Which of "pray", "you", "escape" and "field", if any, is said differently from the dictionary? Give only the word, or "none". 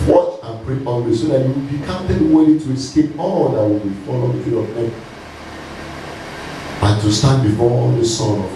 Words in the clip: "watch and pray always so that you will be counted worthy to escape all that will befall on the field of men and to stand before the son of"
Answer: field